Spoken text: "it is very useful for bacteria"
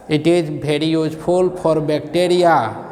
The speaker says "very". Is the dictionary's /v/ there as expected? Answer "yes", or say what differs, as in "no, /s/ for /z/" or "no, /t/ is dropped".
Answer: no, /b/ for /v/